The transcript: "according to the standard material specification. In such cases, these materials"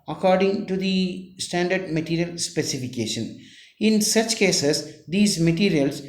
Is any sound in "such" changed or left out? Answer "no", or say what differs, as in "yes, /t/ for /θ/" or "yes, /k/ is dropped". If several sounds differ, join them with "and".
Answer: no